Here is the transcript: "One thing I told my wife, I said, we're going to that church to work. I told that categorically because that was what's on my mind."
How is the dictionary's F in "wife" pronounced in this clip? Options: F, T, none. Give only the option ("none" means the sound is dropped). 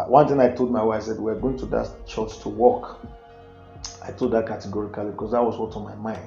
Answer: none